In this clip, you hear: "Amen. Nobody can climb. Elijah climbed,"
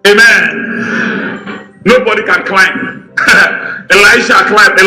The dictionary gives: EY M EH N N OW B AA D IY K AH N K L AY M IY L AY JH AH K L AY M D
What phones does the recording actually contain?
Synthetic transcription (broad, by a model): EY M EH N N OW B AA D IY K AH N K L AY M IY L AY SH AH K L AY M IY